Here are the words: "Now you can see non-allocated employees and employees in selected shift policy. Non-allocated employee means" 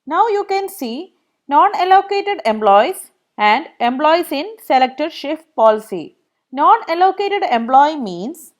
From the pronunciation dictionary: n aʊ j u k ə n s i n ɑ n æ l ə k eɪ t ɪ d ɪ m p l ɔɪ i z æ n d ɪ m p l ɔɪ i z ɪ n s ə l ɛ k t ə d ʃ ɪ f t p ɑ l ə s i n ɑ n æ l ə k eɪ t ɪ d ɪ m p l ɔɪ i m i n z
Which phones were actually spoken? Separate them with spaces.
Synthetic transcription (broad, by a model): n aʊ j u k ə n s i n ɑ n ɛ l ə k eɪ t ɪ d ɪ m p l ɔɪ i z æ n d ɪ m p l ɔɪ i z ɪ n s ə l ɛ k t ə d ʃ ɪ f t p ɑ l ə s i n ɑ n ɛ l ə k eɪ t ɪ d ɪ m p l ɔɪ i m i n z